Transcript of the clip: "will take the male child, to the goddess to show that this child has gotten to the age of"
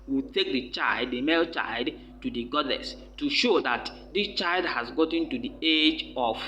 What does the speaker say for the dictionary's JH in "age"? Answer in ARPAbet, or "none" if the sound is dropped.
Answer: JH